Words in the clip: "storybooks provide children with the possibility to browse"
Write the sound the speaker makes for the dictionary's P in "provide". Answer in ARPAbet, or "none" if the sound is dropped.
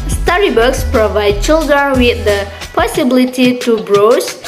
P